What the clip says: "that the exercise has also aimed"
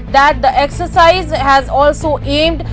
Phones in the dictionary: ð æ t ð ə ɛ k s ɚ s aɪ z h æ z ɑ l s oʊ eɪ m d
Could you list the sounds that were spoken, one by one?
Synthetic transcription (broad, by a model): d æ t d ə ɛ k s ɚ s aɪ z h æ z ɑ l s oʊ eɪ m d